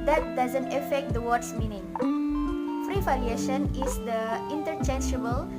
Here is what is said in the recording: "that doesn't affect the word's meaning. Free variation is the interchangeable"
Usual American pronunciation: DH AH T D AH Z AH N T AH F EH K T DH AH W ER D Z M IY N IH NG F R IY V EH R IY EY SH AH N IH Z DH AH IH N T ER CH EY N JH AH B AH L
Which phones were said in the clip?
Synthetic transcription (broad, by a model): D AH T D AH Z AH N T AH F EH K T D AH W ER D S M IY N IH NG F R IY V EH L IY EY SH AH N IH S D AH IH N T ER CH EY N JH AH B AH L